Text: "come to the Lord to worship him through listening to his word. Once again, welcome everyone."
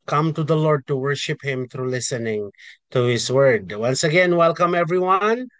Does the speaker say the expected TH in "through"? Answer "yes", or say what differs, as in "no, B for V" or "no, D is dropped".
no, T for TH